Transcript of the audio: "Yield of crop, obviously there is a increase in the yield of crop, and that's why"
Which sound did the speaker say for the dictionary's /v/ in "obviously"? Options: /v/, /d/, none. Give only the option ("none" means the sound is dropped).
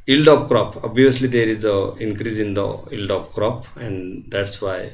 none